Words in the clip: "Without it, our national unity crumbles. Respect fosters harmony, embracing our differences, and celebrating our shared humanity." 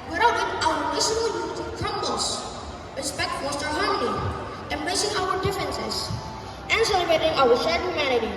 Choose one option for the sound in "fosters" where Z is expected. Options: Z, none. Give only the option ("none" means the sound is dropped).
none